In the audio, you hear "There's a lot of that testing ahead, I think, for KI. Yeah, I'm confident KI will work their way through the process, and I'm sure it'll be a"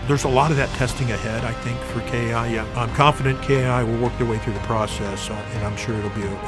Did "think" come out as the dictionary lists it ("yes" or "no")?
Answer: yes